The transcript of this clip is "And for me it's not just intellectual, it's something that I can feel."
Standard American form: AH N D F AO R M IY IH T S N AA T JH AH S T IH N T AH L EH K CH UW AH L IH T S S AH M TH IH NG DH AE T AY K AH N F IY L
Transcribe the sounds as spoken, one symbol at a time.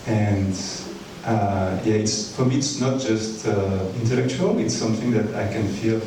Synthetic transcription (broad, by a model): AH N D F AO R M IY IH T S N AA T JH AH S T IH N T AH L EH K CH UW AH L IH T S S AH M TH IH NG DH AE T AY K AH N F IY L